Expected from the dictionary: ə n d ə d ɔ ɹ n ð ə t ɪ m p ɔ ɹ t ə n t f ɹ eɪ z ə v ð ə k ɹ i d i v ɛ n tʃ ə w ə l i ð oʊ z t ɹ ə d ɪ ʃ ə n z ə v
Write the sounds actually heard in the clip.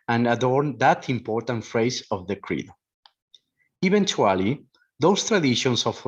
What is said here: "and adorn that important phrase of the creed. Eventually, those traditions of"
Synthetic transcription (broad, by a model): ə n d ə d ɔ ɹ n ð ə t ɪ m p ɔ ɹ t ə n t f ɹ eɪ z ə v ð ə k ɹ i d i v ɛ n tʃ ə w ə l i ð oʊ s t ɹ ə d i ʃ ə n s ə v